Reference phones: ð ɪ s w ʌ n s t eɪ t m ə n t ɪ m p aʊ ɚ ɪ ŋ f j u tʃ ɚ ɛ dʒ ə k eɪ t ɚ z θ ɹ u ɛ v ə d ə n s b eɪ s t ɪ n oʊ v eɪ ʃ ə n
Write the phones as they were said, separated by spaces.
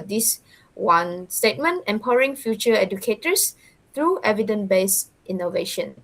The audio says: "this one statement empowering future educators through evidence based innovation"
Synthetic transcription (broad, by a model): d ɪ s w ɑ n s t eɪ t m ə n t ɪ m p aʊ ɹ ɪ ŋ f j u tʃ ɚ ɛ dʒ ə k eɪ t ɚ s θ ɹ u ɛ v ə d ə n b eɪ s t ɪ n oʊ v eɪ ʃ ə n